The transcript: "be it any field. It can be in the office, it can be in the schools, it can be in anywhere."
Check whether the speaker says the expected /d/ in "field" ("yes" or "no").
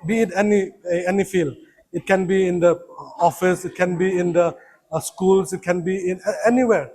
no